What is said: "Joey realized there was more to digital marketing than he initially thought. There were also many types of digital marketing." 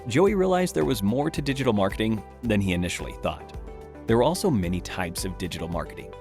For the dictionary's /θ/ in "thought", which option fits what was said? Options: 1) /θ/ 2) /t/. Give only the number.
1